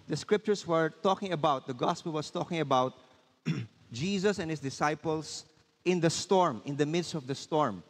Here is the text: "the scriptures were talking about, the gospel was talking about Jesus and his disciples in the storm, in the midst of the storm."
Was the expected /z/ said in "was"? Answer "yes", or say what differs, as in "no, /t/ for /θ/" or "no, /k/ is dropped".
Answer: no, /s/ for /z/